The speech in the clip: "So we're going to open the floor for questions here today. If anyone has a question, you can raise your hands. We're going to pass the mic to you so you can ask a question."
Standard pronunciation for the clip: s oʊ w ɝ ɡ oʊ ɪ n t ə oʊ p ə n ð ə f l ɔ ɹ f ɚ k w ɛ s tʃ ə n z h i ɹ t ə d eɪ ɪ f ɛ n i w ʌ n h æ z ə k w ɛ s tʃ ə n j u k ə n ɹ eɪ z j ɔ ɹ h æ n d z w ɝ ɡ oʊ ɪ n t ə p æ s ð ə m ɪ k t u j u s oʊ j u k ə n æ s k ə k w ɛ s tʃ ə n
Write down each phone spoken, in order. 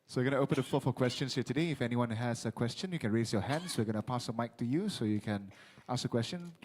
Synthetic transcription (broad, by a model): s oʊ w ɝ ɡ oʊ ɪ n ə oʊ p ə n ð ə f ɔ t f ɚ k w ɛ s tʃ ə n s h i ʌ t ə d eɪ ɪ f ɛ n i w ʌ n h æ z ə k w ɛ s tʃ ə n j u k ə n ɹ eɪ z j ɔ h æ n d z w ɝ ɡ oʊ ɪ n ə p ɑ s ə m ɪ k t u j u s oʊ j u k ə n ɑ s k ə k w ɛ s tʃ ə n